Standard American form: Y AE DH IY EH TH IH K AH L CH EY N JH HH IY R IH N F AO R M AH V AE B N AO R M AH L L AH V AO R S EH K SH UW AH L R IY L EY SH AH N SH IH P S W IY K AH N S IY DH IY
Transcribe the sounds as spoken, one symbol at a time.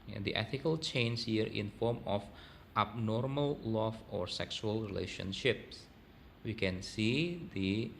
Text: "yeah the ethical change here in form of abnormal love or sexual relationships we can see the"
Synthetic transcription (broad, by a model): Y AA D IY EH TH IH K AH L CH EY N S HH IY R IH N F AO R M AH F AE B N AO R M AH L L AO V AO R S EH K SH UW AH L R IY L EY SH AH N SH IH P S W IY K AH N S IY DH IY